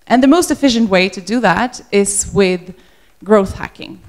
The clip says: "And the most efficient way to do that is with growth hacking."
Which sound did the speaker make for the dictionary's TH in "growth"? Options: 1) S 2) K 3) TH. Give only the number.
3